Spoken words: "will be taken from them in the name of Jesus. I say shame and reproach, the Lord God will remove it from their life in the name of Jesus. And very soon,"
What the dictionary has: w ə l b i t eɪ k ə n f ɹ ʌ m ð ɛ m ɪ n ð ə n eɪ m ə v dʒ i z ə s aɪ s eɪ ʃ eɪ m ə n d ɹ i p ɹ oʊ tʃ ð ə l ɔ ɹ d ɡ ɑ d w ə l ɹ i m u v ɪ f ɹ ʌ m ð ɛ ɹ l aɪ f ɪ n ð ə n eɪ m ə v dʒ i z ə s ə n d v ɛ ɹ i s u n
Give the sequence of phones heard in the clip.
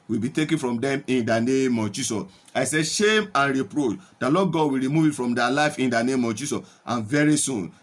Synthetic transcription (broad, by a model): w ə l b i t eɪ k ə n f ɹ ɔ m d ɛ m ɪ n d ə n eɪ m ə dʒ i s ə s aɪ s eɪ ʃ eɪ m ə n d ɹ i p ɹ oʊ tʃ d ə l ɔ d ɡ ɑ d w ə l ɹ i m u v ɪ f ɹ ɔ m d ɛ l aɪ f ɪ n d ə n eɪ m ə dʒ i s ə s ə n v ɛ ɹ i s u n